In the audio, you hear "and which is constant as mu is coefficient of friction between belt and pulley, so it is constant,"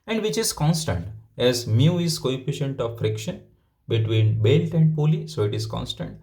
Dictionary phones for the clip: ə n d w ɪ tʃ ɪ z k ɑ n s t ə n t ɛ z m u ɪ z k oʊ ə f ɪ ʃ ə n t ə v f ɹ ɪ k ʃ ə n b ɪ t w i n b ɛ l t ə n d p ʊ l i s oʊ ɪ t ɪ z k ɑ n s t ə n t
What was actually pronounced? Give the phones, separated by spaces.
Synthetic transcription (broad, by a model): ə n d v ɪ tʃ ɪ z k ɑ n s t ə n t ɛ z m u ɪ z k oʊ ə f ɪ ʃ ə n t ə v f ɹ ɪ k ʃ ə n b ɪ t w i n b ɛ l t ə n d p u l i s oʊ ɪ t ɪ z k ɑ n s t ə n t